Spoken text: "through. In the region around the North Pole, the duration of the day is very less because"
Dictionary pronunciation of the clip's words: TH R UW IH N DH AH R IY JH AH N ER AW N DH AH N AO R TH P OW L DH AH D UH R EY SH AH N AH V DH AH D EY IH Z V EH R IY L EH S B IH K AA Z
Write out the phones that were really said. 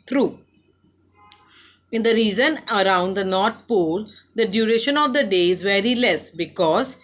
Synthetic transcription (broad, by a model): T R UW IH N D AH R IY Z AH N ER AW N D AH N AO R T P OW L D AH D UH R EY SH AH N AH V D AH D EY IH Z V EH R IY L EH S B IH K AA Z